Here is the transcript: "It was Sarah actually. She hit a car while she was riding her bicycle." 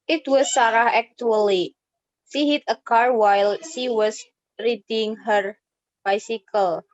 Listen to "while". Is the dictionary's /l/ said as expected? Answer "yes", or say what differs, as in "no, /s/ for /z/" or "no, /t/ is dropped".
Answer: yes